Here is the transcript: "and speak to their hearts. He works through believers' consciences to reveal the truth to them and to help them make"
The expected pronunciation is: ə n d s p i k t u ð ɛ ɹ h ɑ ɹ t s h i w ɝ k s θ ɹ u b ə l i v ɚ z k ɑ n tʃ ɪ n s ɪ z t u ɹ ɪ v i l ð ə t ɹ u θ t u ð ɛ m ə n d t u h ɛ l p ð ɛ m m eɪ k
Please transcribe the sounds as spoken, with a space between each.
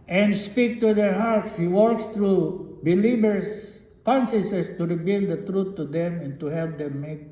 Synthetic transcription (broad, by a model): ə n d s p i k t u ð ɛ ɹ h ɑ ɹ t s h i w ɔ k s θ ɹ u b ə l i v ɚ s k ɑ n s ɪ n s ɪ s t u ɹ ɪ b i l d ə t ɹ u t u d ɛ m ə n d t u h ɛ l p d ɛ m m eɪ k